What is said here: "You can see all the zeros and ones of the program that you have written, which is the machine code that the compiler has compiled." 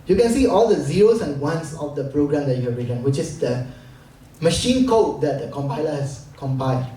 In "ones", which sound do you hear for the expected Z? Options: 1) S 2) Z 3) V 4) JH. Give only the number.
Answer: 1